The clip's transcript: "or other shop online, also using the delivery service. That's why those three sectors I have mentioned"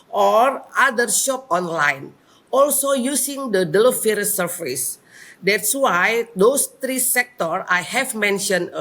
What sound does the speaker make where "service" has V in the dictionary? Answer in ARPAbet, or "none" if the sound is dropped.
F